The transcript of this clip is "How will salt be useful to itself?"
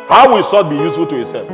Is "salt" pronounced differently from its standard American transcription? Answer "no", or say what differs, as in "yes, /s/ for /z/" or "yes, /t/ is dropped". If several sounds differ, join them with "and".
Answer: yes, /l/ is dropped